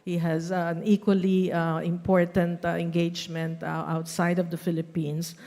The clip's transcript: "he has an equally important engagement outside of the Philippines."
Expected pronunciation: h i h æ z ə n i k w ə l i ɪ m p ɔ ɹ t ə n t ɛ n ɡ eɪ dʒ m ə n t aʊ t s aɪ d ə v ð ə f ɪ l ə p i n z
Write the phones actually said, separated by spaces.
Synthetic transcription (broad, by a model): h i h æ z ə n i k w ə l i ɪ m p ɔ ɹ t ə n t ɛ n ɡ eɪ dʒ m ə n t aʊ t s aɪ d ə v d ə f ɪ l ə p i n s